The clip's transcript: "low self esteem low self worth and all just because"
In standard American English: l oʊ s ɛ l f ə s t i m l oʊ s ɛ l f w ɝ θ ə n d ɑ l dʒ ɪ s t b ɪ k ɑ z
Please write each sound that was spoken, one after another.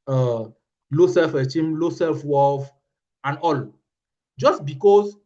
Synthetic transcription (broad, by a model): l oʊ s ɛ l f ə t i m l oʊ s ɛ l f w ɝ f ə n ɑ l dʒ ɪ s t b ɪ k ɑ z